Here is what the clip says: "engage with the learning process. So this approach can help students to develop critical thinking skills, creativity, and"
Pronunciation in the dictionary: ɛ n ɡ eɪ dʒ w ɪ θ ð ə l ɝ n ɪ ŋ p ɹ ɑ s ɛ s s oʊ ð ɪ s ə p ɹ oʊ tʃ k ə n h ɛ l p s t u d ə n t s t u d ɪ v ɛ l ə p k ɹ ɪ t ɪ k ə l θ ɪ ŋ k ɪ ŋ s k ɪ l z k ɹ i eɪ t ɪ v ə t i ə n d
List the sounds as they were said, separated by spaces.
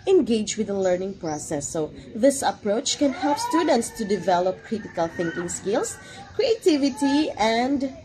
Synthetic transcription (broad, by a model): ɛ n ɡ eɪ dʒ w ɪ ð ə l ɝ n ɪ ŋ p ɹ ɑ s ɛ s s oʊ ð ɪ s ə p ɹ oʊ tʃ k ə n h ɛ l p s t u d ə n t s t u d ɪ v ɛ l ə p k ɹ ɪ t ɪ k ə l θ ɪ ŋ k ɪ ŋ s k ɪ l s k ɹ i eɪ t ɪ v ə t i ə n d